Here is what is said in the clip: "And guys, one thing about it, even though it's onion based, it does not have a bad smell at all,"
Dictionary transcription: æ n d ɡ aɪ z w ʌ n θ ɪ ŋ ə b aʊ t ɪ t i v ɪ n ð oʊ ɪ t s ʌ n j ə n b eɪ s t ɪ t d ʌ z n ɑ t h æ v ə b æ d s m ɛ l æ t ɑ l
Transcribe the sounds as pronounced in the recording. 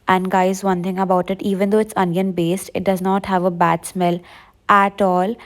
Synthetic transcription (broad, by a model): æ n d ɡ aɪ z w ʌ n t ɪ ŋ ə b aʊ t ɪ t i v ɪ n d oʊ ɪ t s ʌ n j ə n b eɪ s t ɪ t d ʌ z n ɑ t h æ v ə b æ d s m ɛ l æ t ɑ l